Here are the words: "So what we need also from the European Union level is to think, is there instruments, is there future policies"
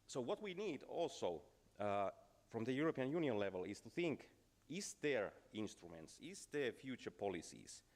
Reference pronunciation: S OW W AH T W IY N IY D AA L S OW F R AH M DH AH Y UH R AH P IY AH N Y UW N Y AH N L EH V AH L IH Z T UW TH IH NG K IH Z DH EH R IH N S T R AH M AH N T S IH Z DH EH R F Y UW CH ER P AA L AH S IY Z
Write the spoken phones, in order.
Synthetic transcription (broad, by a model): S OW W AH T W IY N IY D AA L S OW F R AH M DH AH Y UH R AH P IY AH N Y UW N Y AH N L EH V AH L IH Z T UW TH IH NG K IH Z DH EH R IH N S T R AH M AH N T S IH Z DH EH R F Y UW CH ER P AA L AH S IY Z